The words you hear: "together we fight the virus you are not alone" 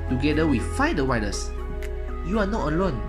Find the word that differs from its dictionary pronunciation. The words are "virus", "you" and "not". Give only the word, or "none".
virus